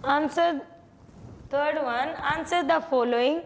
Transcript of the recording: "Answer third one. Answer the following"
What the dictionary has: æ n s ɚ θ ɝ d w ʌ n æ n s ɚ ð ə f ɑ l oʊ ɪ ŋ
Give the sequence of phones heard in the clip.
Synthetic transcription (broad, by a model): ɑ n s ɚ t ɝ d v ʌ n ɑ n s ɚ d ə f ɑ l oʊ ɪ ŋ